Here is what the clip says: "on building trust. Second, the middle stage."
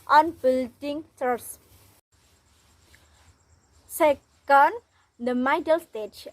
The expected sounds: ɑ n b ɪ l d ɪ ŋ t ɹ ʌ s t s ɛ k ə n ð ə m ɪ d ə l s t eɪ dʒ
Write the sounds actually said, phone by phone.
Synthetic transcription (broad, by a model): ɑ n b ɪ l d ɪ ŋ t ʌ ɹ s s ɛ k ə n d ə m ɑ d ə l s t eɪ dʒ